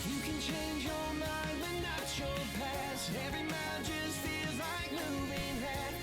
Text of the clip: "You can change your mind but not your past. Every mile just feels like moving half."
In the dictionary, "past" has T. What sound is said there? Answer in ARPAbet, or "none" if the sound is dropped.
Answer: none